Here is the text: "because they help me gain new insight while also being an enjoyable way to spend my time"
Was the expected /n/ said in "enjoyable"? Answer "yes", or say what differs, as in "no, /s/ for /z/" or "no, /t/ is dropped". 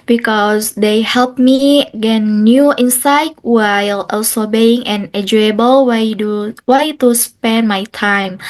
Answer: no, /n/ is dropped